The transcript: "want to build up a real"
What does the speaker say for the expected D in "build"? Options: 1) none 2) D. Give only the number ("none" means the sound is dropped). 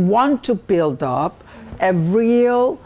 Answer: 2